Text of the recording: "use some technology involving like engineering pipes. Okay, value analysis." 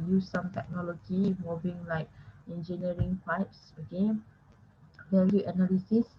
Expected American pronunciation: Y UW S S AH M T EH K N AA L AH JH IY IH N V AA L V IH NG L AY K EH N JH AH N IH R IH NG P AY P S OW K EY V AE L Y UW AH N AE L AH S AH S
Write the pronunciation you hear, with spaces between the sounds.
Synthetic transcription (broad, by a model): Y UW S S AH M T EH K N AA L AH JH IY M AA V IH NG L AY K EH N JH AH N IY R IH NG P AY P S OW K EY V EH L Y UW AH N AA L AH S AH S